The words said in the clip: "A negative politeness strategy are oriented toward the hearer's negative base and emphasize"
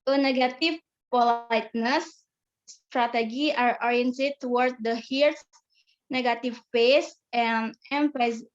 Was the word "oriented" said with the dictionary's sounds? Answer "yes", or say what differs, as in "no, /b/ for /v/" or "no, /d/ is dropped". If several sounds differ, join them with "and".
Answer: yes